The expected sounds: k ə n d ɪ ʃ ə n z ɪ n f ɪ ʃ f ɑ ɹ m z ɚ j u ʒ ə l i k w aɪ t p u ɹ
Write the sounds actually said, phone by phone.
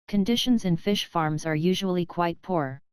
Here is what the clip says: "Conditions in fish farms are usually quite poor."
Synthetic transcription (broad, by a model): k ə n d ɪ ʃ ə n z ɪ n f ɪ ʃ f ɑ ɹ m z ɚ j u ʒ ə l i k w aɪ t p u ɹ